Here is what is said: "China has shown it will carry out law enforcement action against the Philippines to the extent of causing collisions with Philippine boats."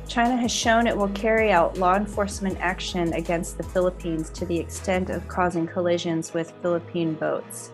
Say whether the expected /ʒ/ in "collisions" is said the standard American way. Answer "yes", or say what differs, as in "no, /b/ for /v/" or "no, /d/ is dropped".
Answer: yes